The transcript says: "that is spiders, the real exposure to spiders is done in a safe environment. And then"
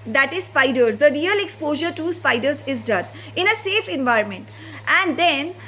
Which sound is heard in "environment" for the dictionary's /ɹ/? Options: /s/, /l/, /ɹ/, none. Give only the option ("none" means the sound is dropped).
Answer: /ɹ/